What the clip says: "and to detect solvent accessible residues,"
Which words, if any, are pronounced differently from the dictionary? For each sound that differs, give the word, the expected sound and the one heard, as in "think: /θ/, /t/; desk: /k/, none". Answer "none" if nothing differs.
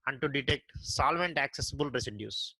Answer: none